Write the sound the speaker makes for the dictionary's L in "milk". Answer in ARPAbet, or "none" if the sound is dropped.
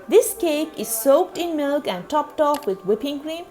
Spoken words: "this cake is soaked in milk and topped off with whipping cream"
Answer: L